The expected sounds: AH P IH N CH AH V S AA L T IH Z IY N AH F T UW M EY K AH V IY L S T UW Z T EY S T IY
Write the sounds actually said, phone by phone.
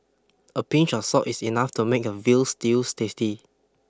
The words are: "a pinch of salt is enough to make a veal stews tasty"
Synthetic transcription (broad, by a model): AH P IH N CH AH F S AA T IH S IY N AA F T UW M EY K AH V IY L S T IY S T EY S T IY